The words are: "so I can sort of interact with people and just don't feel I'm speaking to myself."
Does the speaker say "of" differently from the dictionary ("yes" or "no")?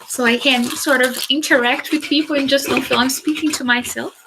no